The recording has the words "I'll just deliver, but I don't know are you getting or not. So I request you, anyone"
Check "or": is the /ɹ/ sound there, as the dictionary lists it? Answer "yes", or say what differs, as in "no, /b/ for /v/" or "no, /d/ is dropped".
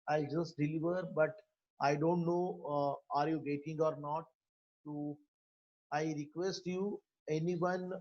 yes